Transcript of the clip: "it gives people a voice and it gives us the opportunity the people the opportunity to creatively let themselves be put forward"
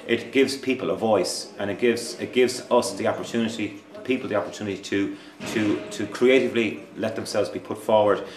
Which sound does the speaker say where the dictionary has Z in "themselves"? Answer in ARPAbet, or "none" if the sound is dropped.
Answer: Z